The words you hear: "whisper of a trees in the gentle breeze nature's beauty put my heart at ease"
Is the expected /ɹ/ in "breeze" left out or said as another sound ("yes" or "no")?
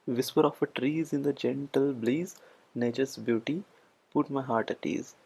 yes